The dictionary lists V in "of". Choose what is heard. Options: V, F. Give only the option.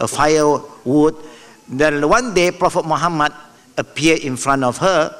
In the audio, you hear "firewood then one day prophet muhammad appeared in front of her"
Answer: F